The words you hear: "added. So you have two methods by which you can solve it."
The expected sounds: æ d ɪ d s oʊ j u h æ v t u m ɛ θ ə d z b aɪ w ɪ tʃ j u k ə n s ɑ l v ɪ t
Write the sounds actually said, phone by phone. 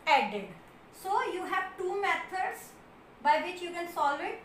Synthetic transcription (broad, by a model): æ d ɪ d s oʊ j u h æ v t u m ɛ t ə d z b aɪ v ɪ tʃ j u k ə n s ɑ l ɪ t